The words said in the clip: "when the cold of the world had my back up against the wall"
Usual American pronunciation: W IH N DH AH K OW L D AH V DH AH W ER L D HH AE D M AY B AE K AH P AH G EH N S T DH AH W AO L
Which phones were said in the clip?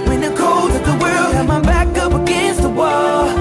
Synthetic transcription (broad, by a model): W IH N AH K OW L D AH DH AH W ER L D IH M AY B AE K AH P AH G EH N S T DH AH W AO L